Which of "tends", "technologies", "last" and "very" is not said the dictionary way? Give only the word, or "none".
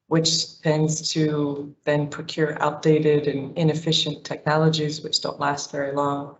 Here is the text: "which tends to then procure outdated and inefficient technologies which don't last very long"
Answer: none